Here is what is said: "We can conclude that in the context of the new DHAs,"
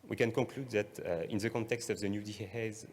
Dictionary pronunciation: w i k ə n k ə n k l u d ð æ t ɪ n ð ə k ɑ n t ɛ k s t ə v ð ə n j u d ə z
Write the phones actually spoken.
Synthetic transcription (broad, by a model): w i k ə n k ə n k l u d ð æ t ɪ n ð ə k ɑ n t ɛ k s t ə v ð ə n j u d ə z